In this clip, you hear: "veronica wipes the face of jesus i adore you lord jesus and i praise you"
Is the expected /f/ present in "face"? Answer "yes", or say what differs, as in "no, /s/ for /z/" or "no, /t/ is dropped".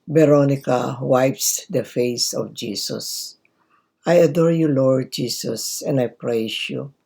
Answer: yes